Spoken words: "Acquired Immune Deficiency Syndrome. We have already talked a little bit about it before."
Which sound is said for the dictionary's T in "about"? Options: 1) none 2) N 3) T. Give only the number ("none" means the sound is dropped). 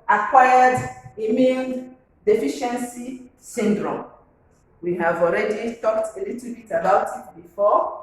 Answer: 3